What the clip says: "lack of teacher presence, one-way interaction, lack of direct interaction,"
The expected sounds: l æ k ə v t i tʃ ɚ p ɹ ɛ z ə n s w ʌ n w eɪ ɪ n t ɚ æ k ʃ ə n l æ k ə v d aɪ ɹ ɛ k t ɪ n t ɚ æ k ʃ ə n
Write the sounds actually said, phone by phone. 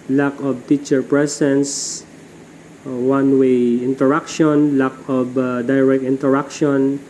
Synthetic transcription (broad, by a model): l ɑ k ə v t i tʃ ɚ p ɹ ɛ s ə n s w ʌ n w eɪ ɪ n t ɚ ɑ k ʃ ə n l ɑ k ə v d aɪ ɹ ɛ k t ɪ n t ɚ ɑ k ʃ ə n